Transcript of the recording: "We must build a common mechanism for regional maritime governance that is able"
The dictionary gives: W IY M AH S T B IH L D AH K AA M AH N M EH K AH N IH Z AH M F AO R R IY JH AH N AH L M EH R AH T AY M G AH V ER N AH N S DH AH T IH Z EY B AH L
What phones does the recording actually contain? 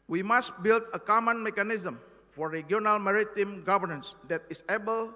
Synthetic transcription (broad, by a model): W IY M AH S T B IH L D AH K AA M AH N M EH K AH N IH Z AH M F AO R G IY AH N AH L M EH R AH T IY M G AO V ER N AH N S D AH T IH S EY B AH L